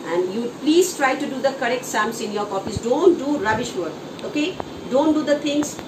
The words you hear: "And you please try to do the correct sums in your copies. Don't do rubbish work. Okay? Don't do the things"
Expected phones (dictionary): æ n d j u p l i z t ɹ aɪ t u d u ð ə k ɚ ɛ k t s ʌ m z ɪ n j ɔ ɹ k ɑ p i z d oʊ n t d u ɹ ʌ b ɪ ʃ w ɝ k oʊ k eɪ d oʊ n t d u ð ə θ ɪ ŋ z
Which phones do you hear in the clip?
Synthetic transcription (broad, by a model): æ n d j u p l i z t ɹ aɪ t u d u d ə k ɚ ɛ k t s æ m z ɪ n j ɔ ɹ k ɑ f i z d oʊ n t d u ɹ ʌ b ɪ ʃ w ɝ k oʊ k eɪ d oʊ n t d u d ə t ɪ ŋ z